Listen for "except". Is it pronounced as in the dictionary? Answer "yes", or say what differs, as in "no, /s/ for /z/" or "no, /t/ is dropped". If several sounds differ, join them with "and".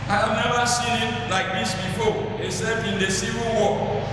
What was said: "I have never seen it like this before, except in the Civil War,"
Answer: no, /k/ is dropped and /t/ is dropped